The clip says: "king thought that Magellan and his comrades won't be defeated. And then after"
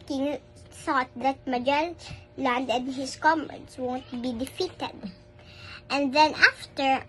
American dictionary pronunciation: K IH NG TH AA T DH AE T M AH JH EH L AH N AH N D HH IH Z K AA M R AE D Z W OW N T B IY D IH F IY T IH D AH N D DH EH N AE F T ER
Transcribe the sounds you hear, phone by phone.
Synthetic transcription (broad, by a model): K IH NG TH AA T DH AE T M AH JH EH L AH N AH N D HH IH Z K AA M EH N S W OW N T B IY D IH F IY T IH D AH N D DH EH N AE F T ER